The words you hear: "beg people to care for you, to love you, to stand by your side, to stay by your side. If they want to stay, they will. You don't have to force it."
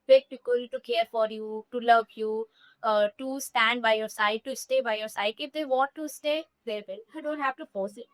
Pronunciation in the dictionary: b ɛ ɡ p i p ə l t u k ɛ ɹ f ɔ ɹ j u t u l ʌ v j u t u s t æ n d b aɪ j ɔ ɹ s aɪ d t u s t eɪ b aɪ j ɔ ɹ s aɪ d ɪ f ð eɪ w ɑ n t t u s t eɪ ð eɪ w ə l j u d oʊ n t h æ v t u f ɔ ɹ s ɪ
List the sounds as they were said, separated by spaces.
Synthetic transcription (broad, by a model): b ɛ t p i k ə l t u k ɛ ɹ f ɔ ɹ j u t u l ʌ v j u t u s t æ n d b aɪ j ɔ ɹ s aɪ d t u s t eɪ b aɪ j ɔ ɹ s aɪ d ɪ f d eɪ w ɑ t t u s t eɪ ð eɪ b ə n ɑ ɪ d oʊ n t h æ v t u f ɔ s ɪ